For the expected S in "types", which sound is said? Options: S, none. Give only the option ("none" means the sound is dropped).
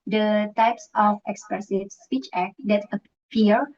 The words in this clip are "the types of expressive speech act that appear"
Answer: S